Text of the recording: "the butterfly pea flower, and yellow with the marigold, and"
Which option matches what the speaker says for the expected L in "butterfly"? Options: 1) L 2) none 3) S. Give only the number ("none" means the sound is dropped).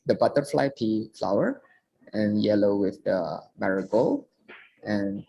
1